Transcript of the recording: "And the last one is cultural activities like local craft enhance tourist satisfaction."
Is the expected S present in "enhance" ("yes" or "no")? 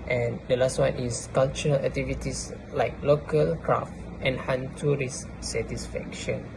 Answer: no